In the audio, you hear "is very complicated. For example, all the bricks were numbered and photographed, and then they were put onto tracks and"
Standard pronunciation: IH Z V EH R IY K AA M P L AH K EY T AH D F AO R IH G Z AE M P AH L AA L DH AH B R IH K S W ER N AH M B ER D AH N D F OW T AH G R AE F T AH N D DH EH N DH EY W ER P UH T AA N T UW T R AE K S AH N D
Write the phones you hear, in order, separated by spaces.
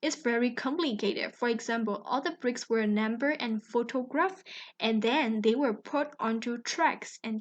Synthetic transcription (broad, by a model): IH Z V EH R IY K AA M P L AH K EY T AH D F AO R IH G Z AE M P AH L AA L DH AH B R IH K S W ER N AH M B ER AH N F OW T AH G R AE F T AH N DH EH N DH EY W ER P UH T AA N T UW T R AE K S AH N